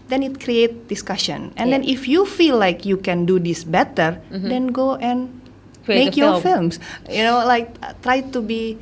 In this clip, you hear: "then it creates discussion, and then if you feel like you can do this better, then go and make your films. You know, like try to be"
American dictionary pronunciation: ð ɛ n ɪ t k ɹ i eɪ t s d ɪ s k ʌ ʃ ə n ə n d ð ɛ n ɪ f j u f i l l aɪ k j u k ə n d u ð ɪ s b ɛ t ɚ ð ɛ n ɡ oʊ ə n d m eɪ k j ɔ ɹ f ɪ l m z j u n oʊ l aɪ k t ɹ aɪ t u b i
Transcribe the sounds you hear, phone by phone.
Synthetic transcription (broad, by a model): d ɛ n ɪ t k ɹ i eɪ t d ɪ s k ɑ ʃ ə n ə n d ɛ n ɪ f j u f i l l aɪ k j u k ə n d u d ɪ s b ɛ t ɚ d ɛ n ɡ oʊ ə n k m eɪ k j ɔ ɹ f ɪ l m s j u n oʊ l aɪ k t ɹ aɪ t u b i